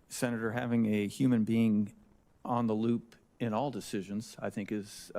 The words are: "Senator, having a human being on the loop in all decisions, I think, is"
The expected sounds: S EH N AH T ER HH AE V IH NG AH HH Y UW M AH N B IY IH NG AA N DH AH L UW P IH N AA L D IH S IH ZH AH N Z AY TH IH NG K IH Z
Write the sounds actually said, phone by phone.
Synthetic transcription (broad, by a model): S EH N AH T ER HH AE V IH NG AH HH Y UW M AH N B IY IH NG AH N DH AH L UW P IH N AA L D IH S IH ZH AH N Z AY TH IH NG K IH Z